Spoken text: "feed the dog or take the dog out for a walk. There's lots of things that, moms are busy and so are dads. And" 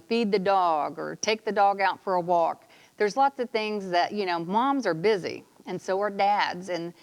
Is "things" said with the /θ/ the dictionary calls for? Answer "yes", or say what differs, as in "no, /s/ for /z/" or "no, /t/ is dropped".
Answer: yes